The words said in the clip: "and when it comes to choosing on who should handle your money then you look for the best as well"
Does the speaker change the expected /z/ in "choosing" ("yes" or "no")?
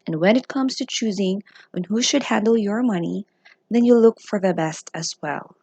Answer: no